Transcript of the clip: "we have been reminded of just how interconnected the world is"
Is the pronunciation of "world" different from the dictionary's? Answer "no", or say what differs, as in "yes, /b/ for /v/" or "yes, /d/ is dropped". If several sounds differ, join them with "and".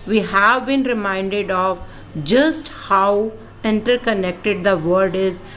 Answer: yes, /l/ is dropped